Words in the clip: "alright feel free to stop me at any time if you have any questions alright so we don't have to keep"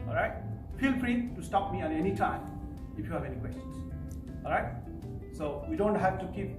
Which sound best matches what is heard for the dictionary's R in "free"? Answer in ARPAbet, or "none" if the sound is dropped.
R